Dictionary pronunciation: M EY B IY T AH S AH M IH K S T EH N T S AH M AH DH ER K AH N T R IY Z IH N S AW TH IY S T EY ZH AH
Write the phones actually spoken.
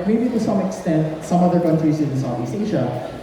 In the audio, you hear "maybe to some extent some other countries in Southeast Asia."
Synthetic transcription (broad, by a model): M EY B IY T AH S AH M IH K S T EH N T S AH M AH DH ER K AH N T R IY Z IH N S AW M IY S EY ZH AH